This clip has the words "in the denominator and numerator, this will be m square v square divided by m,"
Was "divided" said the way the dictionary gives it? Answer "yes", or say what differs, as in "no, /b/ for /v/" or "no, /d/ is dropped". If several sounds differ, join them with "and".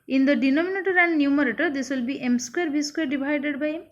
no, /b/ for /v/